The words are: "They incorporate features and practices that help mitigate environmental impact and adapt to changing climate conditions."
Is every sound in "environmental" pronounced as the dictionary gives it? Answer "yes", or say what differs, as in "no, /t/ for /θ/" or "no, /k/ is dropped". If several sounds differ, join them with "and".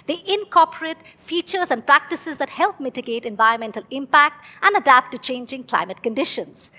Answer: yes